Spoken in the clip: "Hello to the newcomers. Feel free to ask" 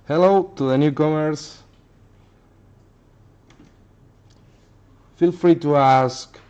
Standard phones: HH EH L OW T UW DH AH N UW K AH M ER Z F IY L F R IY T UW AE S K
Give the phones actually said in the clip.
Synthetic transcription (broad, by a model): HH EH L OW T UW DH AH N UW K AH M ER S F IY L F R IY T UW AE S K